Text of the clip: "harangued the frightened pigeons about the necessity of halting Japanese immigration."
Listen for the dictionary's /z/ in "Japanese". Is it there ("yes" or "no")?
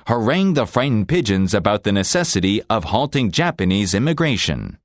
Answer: yes